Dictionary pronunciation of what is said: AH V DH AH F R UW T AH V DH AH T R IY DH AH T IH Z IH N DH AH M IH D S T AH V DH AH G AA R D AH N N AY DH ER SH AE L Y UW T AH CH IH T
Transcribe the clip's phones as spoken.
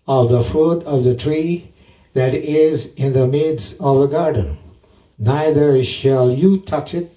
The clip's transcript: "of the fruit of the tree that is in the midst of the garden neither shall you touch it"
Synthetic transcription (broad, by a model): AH V DH AH F UW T AH V DH AH T R IY DH AH T IH Z IH N DH AH M IH D S T AH V DH AH G AA R D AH N N AY DH ER SH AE L Y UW T AH CH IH T